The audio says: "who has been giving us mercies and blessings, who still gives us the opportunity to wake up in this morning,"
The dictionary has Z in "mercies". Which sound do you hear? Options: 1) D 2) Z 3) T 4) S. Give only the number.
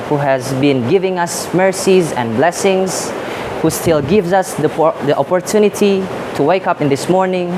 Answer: 2